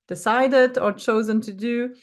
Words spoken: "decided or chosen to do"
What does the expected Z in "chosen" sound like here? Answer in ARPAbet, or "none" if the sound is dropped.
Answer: Z